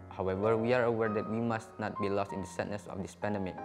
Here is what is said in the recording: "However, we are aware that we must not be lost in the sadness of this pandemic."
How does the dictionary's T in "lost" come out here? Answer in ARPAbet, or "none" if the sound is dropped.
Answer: T